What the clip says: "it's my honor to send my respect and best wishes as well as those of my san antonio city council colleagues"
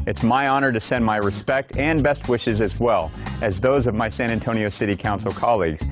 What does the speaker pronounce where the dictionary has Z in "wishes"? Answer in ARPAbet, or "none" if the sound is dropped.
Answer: Z